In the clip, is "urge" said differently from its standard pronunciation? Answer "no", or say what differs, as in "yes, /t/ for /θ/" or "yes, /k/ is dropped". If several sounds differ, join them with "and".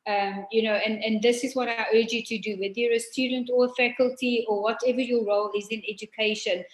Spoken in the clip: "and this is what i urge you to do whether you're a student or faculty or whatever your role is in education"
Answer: no